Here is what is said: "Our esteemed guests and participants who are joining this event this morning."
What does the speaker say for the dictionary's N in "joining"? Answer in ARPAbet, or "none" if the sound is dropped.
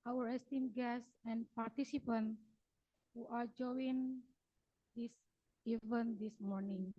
none